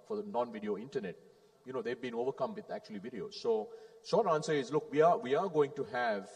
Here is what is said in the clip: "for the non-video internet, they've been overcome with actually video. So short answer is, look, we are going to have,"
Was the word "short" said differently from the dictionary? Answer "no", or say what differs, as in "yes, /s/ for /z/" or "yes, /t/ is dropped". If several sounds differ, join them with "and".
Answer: yes, /s/ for /ʃ/